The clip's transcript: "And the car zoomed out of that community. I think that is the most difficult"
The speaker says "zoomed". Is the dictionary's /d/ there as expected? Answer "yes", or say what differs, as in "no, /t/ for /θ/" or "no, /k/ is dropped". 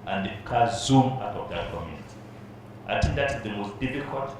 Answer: no, /d/ is dropped